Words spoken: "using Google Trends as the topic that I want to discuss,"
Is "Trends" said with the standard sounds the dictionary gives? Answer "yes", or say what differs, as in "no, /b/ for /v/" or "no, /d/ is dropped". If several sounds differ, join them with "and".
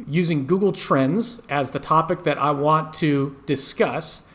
yes